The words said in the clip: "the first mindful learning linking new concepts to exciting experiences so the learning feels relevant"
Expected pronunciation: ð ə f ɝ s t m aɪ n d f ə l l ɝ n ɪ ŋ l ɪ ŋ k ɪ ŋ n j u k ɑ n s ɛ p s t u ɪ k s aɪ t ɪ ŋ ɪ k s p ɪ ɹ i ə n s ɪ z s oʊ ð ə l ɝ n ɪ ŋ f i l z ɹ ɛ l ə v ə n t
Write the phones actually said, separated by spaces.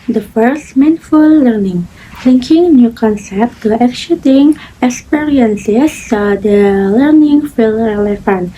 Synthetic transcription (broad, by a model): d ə f ɝ s t m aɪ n f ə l l ɝ n ɪ ŋ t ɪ ŋ k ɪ ŋ n j u k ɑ n s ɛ p t u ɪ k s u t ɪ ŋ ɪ k s p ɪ ɹ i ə n s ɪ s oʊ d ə l ɝ n ɪ ŋ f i l ɹ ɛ l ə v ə n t